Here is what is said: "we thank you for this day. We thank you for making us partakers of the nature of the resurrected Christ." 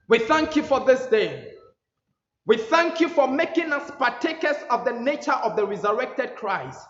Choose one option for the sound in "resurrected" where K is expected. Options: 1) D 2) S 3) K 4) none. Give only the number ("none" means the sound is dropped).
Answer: 3